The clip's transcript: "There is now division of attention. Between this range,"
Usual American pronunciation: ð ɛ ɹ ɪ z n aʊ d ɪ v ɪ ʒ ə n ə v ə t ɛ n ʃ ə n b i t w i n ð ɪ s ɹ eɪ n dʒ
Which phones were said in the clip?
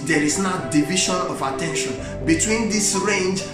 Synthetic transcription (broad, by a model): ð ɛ ɹ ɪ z n aʊ d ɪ v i ʃ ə n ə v ə t ɛ n ʃ ə n b i t w i n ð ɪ s ɹ eɪ n dʒ